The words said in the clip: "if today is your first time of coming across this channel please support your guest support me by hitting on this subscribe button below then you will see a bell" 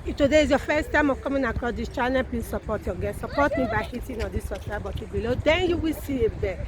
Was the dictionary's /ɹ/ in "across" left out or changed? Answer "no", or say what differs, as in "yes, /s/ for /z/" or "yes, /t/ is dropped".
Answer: yes, /ɹ/ is dropped